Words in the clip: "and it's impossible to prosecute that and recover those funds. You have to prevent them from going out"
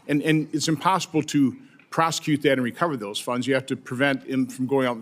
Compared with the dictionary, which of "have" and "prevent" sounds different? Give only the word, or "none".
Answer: have